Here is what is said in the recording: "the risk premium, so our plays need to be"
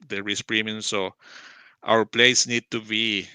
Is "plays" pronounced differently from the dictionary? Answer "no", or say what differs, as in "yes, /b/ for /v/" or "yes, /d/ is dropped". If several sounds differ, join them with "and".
yes, /s/ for /z/